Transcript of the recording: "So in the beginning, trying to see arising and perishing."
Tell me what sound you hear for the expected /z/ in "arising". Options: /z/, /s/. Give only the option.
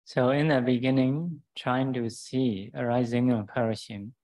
/z/